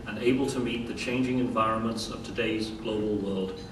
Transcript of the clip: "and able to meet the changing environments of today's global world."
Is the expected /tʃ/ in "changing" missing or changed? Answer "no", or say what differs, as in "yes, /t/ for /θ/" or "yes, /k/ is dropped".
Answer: no